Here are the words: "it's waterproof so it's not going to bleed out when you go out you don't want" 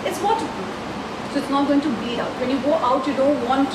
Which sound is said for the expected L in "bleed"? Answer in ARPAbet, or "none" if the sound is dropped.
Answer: none